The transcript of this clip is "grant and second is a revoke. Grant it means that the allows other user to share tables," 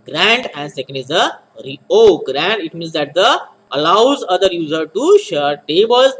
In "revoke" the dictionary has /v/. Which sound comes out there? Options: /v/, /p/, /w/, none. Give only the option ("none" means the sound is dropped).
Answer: none